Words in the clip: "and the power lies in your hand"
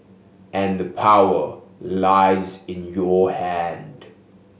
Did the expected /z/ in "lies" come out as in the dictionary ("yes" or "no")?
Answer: yes